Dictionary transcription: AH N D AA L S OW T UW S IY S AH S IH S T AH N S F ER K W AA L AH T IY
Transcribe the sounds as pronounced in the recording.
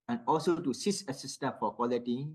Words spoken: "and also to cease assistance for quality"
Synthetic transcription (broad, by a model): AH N AA L S OW T UW S IY S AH S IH S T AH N F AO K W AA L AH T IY